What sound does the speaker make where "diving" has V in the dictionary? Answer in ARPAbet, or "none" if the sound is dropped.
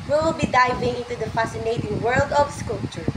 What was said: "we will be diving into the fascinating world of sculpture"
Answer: V